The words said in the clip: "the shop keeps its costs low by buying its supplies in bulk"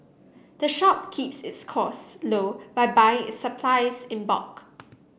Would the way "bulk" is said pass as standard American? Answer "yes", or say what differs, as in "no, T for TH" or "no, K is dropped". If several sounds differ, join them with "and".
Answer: no, L is dropped